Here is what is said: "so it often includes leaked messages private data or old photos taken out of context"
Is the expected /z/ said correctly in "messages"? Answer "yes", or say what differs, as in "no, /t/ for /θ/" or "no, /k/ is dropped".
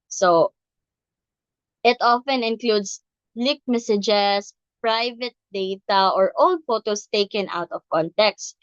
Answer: no, /s/ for /z/